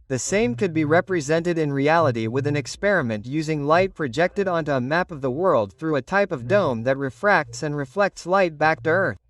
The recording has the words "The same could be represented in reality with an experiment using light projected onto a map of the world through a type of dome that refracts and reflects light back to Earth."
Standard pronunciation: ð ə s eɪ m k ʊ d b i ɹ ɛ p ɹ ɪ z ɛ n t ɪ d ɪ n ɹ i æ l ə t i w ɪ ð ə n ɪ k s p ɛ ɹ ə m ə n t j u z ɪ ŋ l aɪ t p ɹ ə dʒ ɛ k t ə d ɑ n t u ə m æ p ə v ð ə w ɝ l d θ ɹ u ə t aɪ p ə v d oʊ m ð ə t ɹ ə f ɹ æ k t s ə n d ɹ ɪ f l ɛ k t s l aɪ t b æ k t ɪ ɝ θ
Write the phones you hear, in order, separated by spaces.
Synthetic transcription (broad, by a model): ð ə s eɪ m k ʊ d b i ɹ ɛ p ɹ ɪ z ɛ n t ɪ d ɪ n ɹ i æ l ə t i w ɪ ð ə n ɪ k s p ɛ ɹ ə m ə n t j u z ɪ ŋ l aɪ t p ɹ ə dʒ ɛ k t ə d ɑ n t u ə m æ p ə v ð ə w ɝ l d θ ɹ u ə t aɪ p ə v d oʊ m ð ə t ɹ ə f ɹ æ k t s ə n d ɹ ɪ f l ɛ k t s l aɪ t b æ k t ɪ ɝ θ